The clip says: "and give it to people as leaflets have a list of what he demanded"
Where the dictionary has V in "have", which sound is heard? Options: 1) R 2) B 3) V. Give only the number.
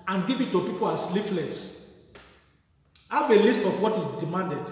2